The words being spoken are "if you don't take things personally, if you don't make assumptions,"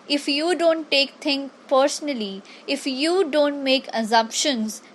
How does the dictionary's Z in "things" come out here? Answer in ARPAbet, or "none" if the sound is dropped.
none